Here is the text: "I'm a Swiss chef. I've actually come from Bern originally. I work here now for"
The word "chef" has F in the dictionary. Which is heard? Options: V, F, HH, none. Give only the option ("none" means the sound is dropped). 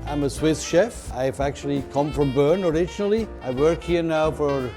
F